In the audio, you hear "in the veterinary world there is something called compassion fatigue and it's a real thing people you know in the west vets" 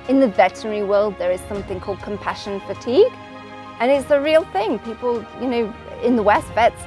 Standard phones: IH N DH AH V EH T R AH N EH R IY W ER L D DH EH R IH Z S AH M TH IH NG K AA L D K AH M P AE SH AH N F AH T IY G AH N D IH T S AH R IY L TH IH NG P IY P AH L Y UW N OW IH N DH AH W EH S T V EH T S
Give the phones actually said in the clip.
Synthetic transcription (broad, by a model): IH N DH AH V EH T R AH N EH R IY W ER L D DH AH R IH Z S AH M TH IH NG K AA L D K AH M P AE SH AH N F AH T IY G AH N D IH T S AH R IY L TH IH NG P IY P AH L Y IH N OW IH N DH AH W EH S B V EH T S